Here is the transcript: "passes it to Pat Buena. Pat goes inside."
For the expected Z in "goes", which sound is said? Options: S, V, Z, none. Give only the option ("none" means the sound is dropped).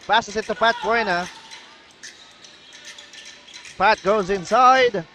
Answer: Z